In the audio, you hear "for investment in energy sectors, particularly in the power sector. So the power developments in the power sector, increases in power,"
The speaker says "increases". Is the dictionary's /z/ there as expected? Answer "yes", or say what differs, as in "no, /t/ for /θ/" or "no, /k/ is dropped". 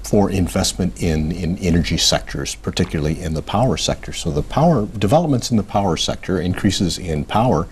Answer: yes